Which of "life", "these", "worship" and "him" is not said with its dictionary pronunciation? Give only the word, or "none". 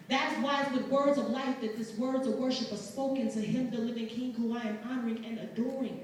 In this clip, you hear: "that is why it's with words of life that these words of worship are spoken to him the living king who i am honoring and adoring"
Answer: these